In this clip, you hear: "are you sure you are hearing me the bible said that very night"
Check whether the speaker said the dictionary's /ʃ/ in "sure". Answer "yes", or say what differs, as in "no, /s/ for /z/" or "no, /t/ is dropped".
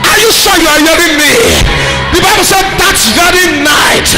no, /s/ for /ʃ/